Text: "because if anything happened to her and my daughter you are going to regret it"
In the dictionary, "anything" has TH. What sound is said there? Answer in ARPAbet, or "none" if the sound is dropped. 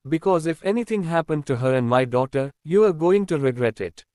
T